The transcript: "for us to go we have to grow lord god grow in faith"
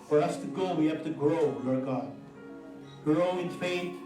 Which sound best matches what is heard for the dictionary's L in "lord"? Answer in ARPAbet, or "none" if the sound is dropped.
W